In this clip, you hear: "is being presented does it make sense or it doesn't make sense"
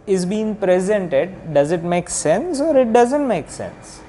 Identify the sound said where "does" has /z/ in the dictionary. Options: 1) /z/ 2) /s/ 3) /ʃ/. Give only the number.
1